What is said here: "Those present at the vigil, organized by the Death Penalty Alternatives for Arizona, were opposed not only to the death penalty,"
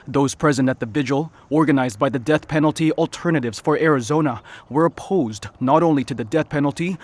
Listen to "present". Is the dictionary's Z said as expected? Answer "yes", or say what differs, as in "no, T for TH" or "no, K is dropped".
yes